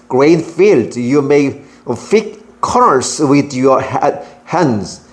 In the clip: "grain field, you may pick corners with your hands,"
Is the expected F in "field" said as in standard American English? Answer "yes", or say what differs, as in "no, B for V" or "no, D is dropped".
yes